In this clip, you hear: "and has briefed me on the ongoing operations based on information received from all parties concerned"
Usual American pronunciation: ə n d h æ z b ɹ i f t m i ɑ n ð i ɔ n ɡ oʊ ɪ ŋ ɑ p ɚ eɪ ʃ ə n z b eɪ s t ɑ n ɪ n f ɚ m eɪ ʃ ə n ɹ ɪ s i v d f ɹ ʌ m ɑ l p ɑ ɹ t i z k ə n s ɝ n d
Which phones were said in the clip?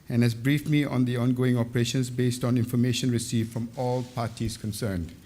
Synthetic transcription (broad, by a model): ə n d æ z b ɹ i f m i ɑ n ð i ɔ n ɡ oʊ ɪ ŋ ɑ p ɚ eɪ ʃ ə n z b eɪ s t ɑ n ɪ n f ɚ m eɪ ʃ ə n ɹ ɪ s i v f ɹ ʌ m ɑ l p ɑ t i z k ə n s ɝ n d